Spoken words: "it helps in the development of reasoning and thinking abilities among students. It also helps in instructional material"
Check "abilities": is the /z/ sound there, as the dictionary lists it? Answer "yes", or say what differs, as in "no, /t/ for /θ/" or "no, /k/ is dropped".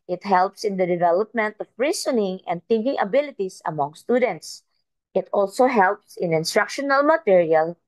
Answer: no, /s/ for /z/